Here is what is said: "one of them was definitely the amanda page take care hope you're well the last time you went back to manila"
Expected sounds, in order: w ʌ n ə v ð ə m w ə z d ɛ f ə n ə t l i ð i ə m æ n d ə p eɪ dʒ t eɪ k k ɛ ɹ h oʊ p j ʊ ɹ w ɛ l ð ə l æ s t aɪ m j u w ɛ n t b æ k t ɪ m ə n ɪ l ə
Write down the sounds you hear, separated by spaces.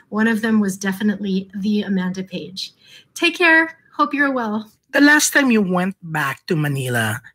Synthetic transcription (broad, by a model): w ʌ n ə v ð ə m w ə z d ɛ f ə n ə t l i ð i ə m æ n d ə p eɪ dʒ t eɪ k k ɛ ɹ h oʊ p j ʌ ɹ w ɛ l ð ə l æ s t aɪ m j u w ɛ n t b æ k t ɪ m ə n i l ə